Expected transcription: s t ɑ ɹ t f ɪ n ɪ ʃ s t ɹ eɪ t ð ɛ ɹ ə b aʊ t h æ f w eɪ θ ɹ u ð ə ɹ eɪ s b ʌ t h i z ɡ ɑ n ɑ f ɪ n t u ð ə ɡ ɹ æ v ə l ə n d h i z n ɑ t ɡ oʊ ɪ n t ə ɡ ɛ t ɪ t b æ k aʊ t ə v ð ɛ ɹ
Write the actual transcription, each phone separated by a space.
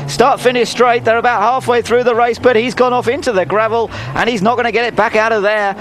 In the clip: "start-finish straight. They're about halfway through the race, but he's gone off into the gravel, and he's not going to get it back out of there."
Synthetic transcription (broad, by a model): s t ɑ ɹ t f ɪ n ɪ ʃ s t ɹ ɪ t ð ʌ ɹ ə b aʊ t h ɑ f w eɪ θ ɹ u ð ə ɹ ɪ s b ʌ t h i z ɡ ɑ n ɑ f ɪ n t u ð ə ɡ ɹ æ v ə l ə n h i z n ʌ t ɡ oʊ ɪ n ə ɡ ɛ t ɪ t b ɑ k aʊ t ə v ð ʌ ɹ